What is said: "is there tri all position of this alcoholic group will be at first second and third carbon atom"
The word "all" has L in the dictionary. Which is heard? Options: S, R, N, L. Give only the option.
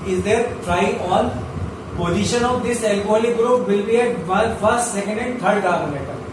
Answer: N